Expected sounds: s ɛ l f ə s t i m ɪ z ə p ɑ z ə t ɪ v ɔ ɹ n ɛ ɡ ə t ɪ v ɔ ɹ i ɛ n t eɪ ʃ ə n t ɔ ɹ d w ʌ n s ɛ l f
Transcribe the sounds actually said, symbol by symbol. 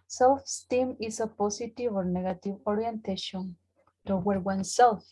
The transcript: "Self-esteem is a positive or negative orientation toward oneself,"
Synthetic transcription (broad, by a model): s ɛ l f s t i m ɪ s ə p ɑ s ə t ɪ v ɔ ɹ n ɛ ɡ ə t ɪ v ɔ ɹ i ɛ n t eɪ ʃ ə n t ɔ w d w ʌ n s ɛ l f